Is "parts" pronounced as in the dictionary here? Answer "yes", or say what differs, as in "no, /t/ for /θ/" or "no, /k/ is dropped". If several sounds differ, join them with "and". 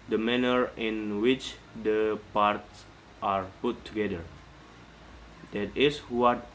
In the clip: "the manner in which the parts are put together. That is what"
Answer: yes